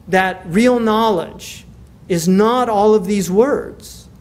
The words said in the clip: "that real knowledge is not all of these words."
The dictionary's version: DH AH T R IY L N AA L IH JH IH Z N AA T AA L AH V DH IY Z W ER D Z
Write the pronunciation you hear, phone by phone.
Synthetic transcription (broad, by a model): DH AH T R IY L N AA L IH JH IH Z N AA T AA L AH V DH IY Z W ER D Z